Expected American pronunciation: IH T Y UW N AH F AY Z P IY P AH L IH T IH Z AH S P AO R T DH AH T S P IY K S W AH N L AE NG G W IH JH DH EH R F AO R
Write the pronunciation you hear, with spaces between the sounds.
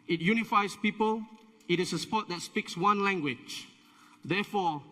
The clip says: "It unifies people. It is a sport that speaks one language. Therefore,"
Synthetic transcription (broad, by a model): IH T Y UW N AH F AY S P IY P AH L IH T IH S AH S P AO T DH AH T S P IY K S W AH N L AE NG G W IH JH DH EH F AO